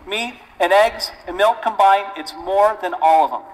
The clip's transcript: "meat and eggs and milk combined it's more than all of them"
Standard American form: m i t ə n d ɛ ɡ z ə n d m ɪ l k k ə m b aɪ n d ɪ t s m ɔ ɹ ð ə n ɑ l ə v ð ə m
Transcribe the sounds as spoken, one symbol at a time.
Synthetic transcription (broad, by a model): m i t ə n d ɛ ɡ z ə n m ɪ l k k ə m b aɪ n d ɪ t s m ɔ ɹ ð ə n ɑ l ə v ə m